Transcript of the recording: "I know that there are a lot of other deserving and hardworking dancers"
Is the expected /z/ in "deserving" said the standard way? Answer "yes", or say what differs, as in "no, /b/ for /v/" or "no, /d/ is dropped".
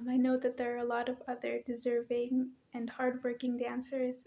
yes